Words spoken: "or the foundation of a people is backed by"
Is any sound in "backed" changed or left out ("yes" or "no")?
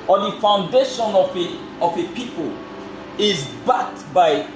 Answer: yes